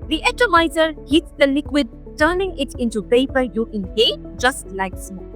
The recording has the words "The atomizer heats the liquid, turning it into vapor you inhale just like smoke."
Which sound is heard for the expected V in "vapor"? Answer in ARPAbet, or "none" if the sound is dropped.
P